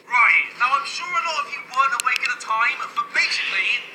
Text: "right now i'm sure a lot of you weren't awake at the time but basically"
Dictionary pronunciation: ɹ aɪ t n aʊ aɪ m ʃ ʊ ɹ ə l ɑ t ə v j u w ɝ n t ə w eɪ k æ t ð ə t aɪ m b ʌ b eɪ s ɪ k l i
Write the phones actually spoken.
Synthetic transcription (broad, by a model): ɹ aɪ t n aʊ aɪ m ʃ ʊ ɹ ə n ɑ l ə f j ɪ w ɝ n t ə w eɪ k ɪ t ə t aɪ m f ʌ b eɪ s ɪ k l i